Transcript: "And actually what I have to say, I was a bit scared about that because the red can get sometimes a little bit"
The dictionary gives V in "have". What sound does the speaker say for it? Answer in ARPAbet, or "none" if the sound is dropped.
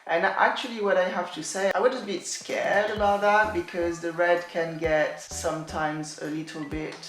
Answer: F